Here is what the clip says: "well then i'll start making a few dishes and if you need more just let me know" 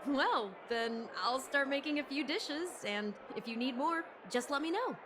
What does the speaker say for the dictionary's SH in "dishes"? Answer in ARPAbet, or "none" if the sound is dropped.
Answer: SH